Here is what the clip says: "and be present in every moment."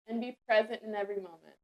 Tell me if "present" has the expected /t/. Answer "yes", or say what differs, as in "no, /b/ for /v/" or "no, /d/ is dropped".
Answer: yes